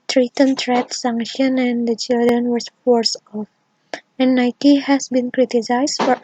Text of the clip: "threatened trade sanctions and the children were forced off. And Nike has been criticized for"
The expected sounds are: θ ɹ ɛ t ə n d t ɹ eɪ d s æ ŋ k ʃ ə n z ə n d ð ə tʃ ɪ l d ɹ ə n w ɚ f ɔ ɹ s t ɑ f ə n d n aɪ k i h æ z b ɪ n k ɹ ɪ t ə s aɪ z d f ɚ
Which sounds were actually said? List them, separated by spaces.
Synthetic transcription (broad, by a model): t ɹ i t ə n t ɹ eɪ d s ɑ ŋ k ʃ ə n ə n d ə tʃ ɪ l d ɹ ə n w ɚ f ɔ ɹ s ɑ f ə n d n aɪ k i h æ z b ɪ n k ɹ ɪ t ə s aɪ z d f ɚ